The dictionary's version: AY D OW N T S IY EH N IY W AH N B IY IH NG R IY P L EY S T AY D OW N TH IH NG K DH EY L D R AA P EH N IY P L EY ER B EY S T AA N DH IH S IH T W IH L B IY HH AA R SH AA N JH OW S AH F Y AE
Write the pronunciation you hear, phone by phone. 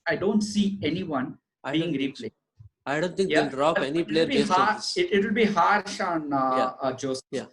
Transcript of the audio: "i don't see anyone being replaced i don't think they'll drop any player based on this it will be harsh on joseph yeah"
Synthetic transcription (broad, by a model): AY D OW N T S IY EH N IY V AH N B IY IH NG R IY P L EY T AY D OW N T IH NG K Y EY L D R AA EH N IY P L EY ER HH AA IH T IH T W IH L B IY HH AA R SH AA N JH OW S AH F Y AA